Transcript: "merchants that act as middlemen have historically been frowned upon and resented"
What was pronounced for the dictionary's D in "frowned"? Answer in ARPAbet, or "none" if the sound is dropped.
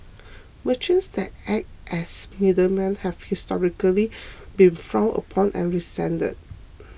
none